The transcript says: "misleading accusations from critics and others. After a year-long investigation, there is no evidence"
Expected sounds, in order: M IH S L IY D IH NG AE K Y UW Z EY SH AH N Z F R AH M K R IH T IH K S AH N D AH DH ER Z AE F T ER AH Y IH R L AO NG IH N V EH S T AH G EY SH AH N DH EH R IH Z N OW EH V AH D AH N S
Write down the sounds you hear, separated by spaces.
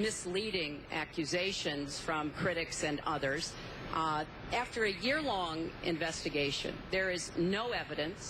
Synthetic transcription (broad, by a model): M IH S L IY D IH NG AE K Y UW Z EY SH AH N Z F R AH M K R IH T IH K S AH N AH DH ER Z AE F T ER AH Y IH R L AO NG IH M V EH S T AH G EY SH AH N DH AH R IH Z N OW EH V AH D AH N S